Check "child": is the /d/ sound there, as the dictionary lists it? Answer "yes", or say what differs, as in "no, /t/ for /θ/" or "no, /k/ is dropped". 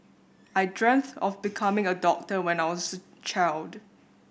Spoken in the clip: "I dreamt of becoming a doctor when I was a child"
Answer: yes